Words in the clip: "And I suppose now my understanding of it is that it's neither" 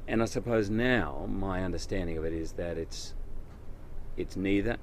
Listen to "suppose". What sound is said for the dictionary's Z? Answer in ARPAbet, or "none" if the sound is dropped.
Z